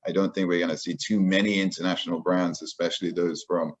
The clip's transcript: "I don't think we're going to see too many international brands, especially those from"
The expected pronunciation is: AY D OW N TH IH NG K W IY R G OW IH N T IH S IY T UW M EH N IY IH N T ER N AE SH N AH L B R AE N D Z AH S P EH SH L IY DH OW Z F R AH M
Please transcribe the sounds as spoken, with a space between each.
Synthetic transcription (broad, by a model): AY D OW N TH IH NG K W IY R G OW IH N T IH S IY T UW M EH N IY IH N T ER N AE SH N L B R AE N D Z AH S P EH SH L IY DH OW Z F R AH M